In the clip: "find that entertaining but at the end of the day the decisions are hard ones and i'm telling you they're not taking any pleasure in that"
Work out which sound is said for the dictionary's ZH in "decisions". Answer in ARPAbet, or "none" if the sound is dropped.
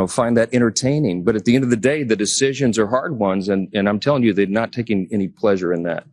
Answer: ZH